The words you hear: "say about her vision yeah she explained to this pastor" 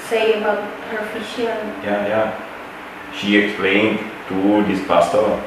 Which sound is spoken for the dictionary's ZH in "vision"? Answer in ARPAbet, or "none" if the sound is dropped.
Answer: SH